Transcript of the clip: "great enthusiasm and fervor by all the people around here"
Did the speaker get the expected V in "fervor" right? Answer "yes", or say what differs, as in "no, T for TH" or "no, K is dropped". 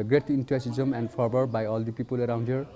no, B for V